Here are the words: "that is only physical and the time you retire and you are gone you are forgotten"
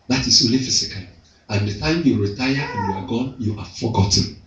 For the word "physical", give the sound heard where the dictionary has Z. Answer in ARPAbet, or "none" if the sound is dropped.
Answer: S